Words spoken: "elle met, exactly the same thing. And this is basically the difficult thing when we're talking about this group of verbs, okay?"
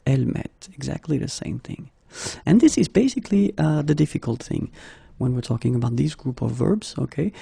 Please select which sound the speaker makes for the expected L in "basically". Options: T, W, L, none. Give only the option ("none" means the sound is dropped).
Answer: L